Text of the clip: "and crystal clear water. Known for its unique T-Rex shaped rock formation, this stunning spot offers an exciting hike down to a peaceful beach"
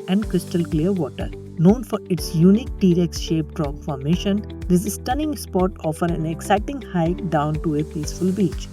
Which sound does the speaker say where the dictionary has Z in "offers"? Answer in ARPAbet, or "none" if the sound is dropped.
none